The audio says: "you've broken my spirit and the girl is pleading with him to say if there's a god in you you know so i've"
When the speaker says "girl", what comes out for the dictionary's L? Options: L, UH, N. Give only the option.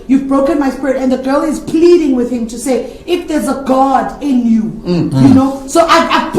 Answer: L